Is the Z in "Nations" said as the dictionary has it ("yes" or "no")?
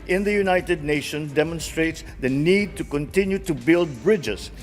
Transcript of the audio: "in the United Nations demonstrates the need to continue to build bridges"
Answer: no